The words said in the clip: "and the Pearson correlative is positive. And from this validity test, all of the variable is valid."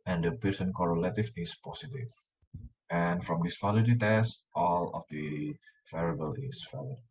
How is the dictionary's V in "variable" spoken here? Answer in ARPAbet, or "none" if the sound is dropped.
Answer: F